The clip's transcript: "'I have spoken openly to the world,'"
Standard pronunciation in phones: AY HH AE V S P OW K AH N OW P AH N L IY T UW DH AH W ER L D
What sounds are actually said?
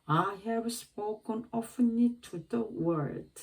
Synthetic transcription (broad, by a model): AY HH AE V S P OW K AH N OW F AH N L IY T UW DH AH W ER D